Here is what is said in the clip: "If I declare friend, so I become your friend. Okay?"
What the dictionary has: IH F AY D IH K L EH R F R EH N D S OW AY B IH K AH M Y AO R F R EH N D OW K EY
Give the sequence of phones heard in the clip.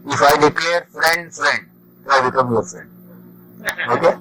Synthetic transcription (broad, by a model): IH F AY D IH K L EH R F R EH N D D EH AY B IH K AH M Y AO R F R EH N D OW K EY